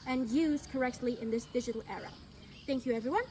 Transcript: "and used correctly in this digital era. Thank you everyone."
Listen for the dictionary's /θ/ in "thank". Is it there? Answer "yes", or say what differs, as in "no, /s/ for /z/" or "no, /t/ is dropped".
yes